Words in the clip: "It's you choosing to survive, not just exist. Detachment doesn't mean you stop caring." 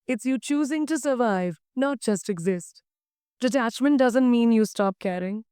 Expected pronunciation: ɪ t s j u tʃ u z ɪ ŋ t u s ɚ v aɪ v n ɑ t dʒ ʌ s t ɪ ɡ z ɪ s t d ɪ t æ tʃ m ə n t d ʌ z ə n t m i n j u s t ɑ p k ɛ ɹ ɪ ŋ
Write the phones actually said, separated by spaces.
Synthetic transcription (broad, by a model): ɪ t s j u tʃ u z ɪ ŋ t u s ɚ v aɪ v n ɑ t dʒ ʌ s t ɪ ɡ z ɪ s t d ɪ t æ tʃ m ə n t d ʌ z ə n t m i n j u s t ɑ p k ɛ ɹ ɪ ŋ